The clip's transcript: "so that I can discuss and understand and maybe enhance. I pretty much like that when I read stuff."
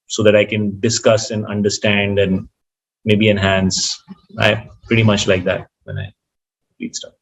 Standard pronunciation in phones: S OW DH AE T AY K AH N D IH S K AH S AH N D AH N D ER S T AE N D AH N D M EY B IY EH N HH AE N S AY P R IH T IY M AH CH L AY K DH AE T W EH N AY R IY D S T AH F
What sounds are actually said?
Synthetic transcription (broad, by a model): S OW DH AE T AY K AH N D IH S K AH S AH N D AH N D ER S T AE N D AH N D M EY B IY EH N HH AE N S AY P R IH T IY M AH CH L AY K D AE T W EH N AY L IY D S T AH